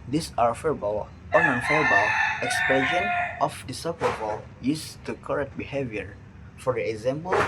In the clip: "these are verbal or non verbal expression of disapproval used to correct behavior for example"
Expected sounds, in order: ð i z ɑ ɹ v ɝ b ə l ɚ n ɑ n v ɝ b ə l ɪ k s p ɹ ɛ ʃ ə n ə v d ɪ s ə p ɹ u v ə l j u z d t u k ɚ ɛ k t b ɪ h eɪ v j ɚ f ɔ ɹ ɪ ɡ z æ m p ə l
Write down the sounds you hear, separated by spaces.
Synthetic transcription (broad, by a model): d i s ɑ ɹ f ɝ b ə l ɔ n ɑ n f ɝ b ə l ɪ k s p ɛ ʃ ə n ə f d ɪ s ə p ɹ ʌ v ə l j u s t u k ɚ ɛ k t b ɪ h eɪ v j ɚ f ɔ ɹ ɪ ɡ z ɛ m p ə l